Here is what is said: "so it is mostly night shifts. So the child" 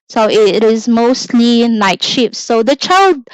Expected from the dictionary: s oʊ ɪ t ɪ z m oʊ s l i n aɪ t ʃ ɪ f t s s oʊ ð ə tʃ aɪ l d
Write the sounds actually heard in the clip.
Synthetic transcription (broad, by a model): s oʊ ɪ t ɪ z m oʊ s l i n aɪ t ʃ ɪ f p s s oʊ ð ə tʃ aɪ l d